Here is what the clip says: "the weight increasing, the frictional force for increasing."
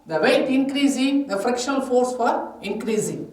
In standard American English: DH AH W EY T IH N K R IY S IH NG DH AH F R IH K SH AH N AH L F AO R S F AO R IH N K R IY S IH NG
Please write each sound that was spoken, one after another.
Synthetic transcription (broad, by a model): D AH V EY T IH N K R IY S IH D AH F R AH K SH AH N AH L F AO R S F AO R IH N K R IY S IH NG